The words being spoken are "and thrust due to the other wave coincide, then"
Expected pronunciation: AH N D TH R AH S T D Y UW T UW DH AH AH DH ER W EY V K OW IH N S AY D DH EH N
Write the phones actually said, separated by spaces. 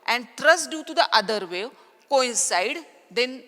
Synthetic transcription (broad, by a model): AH N D T R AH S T D Y UW T UW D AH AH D ER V EY K OW IH N S AY D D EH N